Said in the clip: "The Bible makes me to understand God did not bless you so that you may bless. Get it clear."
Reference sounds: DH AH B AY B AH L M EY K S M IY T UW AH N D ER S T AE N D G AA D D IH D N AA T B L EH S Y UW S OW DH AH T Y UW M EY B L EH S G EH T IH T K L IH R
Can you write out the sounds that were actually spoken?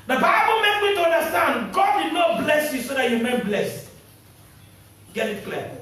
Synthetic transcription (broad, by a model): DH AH B AY B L M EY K M IY T UW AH N D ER S T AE N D G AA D D IH D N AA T B L EH S Y UW S OW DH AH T Y UW M EY B L EH S G EH T IH T K L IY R